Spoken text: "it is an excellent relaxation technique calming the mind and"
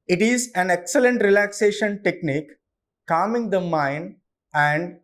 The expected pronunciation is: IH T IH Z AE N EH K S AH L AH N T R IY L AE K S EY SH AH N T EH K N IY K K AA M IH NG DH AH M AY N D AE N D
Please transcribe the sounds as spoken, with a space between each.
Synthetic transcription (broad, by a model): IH T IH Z AE N EH K S AH L AH N T R IY L AE K S EY SH AH N T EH K N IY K K AA M IH NG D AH M AY N AE N D